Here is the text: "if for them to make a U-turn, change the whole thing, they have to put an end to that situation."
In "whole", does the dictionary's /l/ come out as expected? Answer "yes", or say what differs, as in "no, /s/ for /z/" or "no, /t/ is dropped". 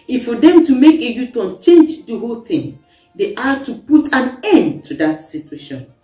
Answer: yes